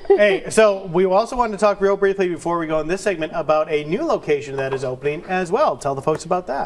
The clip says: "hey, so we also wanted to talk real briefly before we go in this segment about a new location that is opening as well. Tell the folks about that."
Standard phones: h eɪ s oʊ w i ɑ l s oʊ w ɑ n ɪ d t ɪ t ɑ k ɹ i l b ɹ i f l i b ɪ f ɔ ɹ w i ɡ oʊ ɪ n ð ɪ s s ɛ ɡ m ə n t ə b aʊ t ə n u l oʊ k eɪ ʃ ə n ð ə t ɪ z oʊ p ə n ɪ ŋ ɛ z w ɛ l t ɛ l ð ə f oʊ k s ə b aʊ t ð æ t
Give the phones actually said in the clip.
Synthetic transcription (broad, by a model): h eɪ s oʊ w i ɑ l s oʊ w ɑ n t ɪ t ɑ k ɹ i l b ɹ i f l i b ɪ f ɔ ɹ w i ɡ oʊ ɪ n ð ɪ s s ɛ ɡ m ə n t ə b aʊ t ə n u l oʊ k eɪ ʃ ə n ð ə t ɪ z oʊ p ə n ɪ ŋ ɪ z w ɛ l t ɛ l ð ə f oʊ k s ə b aʊ t ð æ t